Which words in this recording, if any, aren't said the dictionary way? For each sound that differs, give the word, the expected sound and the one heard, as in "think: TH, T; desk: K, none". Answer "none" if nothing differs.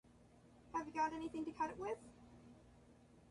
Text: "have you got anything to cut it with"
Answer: none